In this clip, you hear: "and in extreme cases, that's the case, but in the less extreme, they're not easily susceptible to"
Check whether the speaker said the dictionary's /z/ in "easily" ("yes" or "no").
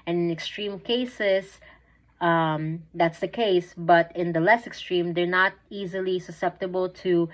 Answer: yes